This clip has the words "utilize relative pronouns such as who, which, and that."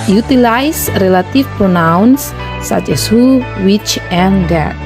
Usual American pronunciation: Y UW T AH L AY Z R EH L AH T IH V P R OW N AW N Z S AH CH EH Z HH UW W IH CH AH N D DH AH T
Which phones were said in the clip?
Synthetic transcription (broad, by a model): Y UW T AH L AY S R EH L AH T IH F P R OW N AW N S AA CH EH S HH UW W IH CH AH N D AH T